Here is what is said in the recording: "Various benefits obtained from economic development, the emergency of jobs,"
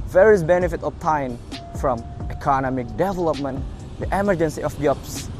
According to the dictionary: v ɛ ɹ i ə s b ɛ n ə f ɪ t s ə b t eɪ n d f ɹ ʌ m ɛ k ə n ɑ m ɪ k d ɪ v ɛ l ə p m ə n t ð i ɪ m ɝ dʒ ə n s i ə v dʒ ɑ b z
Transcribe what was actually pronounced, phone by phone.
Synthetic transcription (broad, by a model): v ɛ ɹ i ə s b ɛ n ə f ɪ t ə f t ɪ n f ɹ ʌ m ɛ k ə n ɑ m ɪ k d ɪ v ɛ l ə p m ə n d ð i ɪ m ɝ dʒ ə n s i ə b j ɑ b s